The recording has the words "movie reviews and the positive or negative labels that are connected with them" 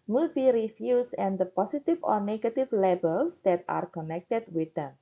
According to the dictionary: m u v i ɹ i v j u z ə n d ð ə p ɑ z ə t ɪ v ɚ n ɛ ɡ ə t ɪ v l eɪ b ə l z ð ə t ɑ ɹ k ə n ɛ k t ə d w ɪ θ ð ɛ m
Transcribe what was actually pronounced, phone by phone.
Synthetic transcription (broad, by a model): m u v i ɹ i f j u s ə n d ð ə p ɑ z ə t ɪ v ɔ n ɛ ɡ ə t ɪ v l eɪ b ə l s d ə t ɑ ɹ k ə n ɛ k t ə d w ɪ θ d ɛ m